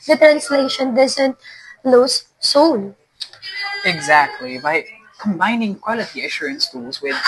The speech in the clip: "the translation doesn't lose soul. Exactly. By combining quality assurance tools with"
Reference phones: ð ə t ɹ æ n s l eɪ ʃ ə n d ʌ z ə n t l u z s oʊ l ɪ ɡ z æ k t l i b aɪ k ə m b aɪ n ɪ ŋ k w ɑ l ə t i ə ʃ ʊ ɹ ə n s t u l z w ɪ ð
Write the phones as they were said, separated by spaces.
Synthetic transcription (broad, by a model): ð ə t ɹ æ n s l eɪ ʃ ə n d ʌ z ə n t l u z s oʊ n ɪ ɡ z æ k t l i b aɪ k ə m b aɪ n ɪ ŋ k w ɑ l ə t i ə ʃ ʊ ɹ ə n s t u l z w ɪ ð